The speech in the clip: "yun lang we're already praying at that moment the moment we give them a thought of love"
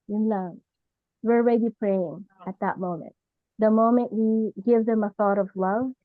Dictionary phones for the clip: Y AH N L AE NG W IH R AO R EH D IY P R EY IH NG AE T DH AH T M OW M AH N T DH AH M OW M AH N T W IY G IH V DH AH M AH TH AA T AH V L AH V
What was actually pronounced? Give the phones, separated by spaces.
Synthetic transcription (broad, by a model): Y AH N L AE W IH R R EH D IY P R EY IH NG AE T DH AH T M OW M AH N T DH AH M OW M AH N T W IY G IH V DH AH M AH TH AA T AH V L AH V